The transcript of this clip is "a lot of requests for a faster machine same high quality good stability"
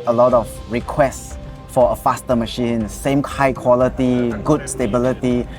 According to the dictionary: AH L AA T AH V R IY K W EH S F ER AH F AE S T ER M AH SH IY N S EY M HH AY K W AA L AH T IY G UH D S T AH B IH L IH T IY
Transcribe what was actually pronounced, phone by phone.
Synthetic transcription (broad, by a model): AH L AA T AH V R IY K W EH S F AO AH F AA S T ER M AH SH IY N S EY M HH AY K W AA L AH T IY G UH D S T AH B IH L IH T IY